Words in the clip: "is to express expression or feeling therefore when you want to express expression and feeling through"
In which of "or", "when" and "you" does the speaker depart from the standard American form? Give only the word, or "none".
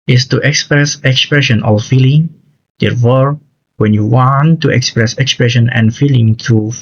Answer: or